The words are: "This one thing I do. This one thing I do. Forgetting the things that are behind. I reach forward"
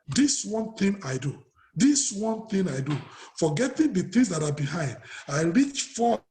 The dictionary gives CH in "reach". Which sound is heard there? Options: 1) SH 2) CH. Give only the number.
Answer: 2